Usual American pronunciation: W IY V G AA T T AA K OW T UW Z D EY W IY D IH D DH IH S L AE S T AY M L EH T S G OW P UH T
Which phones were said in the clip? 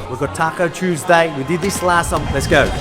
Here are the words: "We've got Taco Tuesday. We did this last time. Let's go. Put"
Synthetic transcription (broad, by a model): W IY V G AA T T AA K OW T UW Z D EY W IY D IH D DH IH S L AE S S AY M L EH T S G OW UH